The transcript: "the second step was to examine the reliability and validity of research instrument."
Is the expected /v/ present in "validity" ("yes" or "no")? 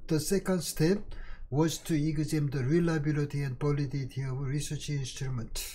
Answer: no